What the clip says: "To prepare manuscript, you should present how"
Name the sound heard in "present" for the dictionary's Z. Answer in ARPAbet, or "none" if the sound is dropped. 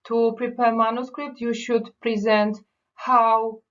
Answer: Z